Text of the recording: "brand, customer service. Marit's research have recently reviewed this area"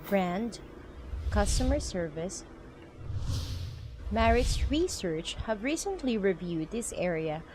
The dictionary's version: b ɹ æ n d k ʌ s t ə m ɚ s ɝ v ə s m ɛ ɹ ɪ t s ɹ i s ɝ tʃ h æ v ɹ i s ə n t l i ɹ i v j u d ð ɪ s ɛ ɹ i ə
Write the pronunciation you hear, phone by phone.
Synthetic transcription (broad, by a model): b ɹ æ n d k ʌ s t ə m ɚ s ɝ v ə s m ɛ ɹ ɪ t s ɹ i s ɝ tʃ h æ v ɹ i s ə n t l i ɹ i v j u d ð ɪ s ɛ ɹ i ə